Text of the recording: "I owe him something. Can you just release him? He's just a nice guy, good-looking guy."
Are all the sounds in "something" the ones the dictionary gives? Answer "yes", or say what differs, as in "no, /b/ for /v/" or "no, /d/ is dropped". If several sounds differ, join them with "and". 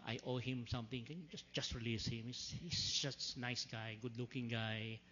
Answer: no, /t/ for /θ/